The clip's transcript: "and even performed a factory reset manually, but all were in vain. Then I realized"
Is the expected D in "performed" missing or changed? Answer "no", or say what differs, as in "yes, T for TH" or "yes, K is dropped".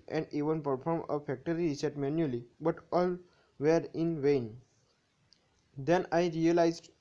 yes, D is dropped